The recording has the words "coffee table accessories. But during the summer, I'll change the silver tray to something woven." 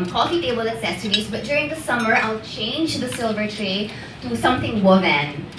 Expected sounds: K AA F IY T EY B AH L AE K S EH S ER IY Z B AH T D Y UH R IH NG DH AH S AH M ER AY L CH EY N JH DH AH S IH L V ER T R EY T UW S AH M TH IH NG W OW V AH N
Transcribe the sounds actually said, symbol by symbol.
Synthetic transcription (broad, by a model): K AA F IY T EY B AH L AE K S EH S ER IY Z B AH T D Y UH R IH NG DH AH S AH M ER AY L CH EY N JH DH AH S IH L V ER T R EY T UW S AH M TH IH NG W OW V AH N